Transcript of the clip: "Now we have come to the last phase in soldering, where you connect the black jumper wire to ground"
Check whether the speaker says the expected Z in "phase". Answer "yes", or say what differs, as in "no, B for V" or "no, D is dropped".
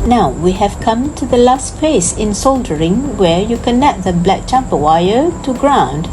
no, S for Z